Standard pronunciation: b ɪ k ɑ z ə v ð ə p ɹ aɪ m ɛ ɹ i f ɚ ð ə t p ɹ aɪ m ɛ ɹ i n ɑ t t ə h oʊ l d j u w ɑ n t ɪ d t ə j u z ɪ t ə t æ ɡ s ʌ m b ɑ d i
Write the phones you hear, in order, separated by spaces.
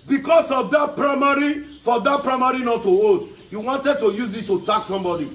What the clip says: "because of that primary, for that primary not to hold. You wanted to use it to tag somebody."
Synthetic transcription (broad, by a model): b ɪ k ɑ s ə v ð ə p ɹ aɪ m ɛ ɹ i f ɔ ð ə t p ɹ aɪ m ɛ ɹ i n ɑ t t ə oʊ d j u w ɑ n t ɪ d t ə j u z ɪ t ə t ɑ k s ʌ m b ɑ d i